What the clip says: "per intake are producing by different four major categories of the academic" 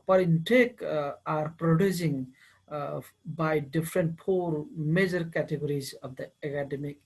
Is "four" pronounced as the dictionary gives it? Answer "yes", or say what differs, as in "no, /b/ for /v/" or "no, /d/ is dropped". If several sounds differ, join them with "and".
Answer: no, /p/ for /f/